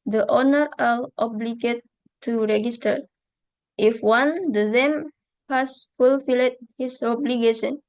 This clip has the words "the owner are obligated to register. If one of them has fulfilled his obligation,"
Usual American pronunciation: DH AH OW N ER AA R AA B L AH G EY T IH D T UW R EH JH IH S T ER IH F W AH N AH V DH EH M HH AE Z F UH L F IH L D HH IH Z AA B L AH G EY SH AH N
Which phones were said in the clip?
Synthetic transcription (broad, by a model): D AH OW N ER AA L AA B L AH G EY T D T UW R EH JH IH S T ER IH F W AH N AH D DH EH M HH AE S F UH L F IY L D HH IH S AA B L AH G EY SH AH N